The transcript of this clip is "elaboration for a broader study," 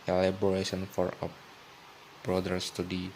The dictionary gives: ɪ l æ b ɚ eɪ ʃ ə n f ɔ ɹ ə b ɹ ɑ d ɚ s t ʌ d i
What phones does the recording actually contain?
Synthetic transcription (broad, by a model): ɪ l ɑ b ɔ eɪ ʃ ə n f ɔ ɹ ə b ɹ ɑ d ɚ s t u d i